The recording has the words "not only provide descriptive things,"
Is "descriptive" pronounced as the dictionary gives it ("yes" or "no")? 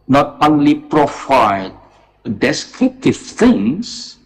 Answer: no